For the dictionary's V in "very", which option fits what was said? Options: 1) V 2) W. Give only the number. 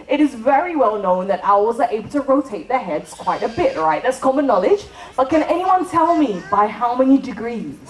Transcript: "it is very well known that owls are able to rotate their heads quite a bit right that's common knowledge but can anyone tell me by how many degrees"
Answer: 1